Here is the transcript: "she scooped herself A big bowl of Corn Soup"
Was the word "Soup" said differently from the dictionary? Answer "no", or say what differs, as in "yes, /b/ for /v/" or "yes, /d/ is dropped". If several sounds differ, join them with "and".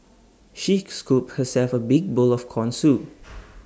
yes, /p/ is dropped